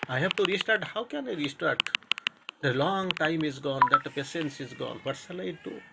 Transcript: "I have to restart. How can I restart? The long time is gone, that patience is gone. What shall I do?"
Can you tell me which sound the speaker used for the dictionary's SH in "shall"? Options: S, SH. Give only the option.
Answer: S